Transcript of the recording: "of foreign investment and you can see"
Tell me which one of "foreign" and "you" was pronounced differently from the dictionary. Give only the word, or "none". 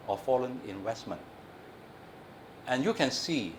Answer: foreign